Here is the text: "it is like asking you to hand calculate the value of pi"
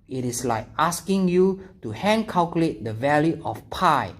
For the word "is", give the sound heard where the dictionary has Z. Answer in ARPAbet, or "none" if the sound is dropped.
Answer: S